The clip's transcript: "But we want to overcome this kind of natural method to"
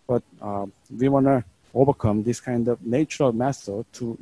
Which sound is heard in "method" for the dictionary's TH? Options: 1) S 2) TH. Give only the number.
1